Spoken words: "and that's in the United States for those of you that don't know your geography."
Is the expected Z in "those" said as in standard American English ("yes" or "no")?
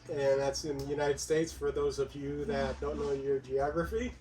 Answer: yes